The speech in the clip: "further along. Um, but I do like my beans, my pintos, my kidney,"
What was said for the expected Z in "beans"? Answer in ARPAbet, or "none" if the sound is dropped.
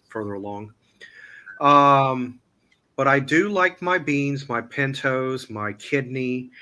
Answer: Z